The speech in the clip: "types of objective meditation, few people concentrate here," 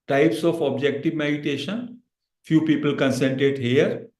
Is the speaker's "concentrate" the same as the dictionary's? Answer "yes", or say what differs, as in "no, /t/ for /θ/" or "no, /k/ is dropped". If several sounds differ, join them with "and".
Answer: no, /ɹ/ is dropped